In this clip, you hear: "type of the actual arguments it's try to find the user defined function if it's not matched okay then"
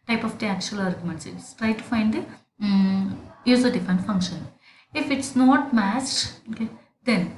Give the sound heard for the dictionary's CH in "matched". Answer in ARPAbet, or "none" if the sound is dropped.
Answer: S